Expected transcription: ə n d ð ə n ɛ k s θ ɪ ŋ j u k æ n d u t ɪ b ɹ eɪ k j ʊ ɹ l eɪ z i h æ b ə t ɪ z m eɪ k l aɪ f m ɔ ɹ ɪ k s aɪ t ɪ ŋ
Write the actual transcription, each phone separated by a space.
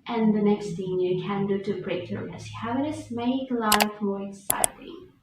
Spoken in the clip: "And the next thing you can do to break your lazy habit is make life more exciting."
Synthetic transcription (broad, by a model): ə n ð ə n ɛ k s θ ɪ ŋ j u k æ n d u t ɪ b ɹ eɪ k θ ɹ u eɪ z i h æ ə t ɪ s m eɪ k l aɪ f m ɔ ɹ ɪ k s aɪ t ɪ ŋ